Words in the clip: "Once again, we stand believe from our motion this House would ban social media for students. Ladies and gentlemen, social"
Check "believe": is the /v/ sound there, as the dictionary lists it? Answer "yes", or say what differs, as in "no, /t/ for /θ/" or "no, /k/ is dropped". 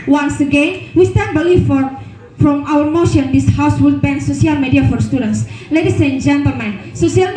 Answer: no, /f/ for /v/